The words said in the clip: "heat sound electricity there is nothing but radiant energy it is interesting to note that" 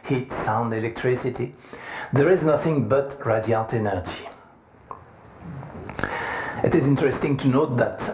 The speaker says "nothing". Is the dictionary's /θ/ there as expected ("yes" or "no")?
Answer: yes